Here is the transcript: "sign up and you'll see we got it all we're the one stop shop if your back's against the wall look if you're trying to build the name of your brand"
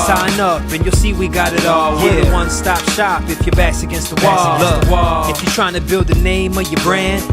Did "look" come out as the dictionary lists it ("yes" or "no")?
no